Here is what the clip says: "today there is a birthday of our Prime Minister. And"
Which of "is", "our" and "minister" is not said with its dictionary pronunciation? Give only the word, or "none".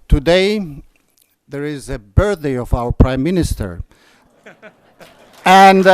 none